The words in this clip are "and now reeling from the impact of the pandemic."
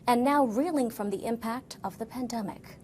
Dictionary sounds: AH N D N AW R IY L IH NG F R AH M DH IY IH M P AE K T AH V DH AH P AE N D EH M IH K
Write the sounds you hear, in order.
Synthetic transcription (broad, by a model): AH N N AW R IY L IH NG F R AH M DH IY IH M P AE K T AH V DH AH P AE N D EH M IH K